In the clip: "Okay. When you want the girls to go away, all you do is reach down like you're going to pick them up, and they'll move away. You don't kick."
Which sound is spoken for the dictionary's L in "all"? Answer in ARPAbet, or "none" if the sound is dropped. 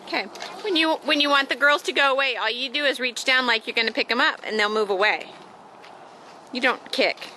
L